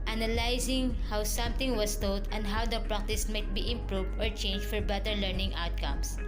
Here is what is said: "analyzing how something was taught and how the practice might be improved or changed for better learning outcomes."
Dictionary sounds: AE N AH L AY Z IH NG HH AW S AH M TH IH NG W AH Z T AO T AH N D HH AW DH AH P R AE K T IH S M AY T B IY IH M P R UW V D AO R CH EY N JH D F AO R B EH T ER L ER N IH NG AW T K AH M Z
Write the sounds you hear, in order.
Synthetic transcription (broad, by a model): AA N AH L AY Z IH NG HH AW S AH M T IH NG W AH S T AO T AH N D HH AW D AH P R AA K T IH S M AY T B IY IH M P R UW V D AO R CH EY N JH F AO R B EH T ER L ER N IH NG AW T K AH M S